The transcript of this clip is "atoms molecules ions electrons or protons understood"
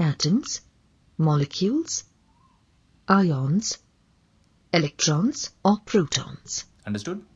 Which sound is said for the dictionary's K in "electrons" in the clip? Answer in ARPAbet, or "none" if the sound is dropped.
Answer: K